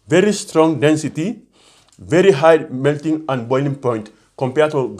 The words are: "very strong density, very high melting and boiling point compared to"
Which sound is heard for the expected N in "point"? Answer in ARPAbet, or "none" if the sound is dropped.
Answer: N